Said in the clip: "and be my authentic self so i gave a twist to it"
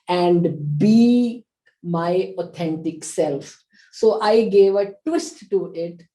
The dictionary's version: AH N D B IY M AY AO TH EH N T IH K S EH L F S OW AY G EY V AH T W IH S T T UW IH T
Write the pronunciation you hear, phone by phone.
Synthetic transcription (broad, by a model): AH N D B IY M AY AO T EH N T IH K S EH L F S OW AY G EY V AH T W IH S T T UW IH T